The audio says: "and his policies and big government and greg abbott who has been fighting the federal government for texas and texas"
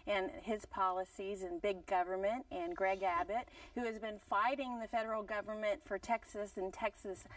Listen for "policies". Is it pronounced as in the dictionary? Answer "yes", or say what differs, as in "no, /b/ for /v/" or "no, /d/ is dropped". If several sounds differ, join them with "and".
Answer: yes